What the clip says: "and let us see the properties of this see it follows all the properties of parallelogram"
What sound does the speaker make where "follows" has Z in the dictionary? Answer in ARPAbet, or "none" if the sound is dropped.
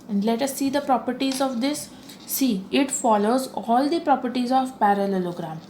Z